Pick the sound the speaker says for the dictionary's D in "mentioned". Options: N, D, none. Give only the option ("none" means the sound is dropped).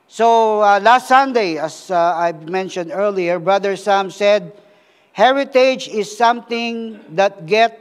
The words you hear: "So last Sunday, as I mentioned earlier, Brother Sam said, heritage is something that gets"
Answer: D